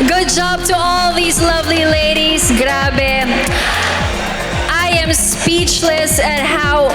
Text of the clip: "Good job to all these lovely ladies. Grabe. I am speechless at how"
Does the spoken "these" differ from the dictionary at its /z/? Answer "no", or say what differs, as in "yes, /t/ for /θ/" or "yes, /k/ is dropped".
no